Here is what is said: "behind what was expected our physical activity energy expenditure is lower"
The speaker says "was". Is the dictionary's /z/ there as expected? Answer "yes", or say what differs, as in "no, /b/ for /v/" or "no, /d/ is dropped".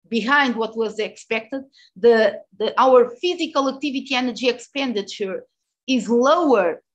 yes